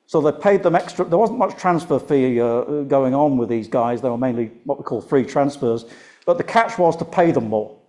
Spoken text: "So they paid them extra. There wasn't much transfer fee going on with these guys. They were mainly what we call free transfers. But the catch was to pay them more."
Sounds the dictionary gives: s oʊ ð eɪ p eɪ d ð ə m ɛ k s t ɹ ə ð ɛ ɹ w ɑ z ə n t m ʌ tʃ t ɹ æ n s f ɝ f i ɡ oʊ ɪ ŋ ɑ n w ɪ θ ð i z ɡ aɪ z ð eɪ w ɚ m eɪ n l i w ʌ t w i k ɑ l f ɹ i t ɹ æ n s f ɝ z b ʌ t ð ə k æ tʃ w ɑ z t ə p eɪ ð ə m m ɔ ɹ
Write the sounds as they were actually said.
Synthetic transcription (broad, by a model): s oʊ ð eɪ p eɪ d ð ə m ɛ k s t ɹ ə ð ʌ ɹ w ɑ z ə n m ʌ tʃ t ɹ æ n s f ɝ f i ɡ oʊ ɪ ŋ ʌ n w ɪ ð i z ɡ aɪ z ð eɪ w ɚ m eɪ n l i w ʌ t w i k ɑ l f ɹ i t ɹ æ n s f ɝ z b ʌ t ð ə k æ tʃ w ɑ z t ə p eɪ ð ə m m ɔ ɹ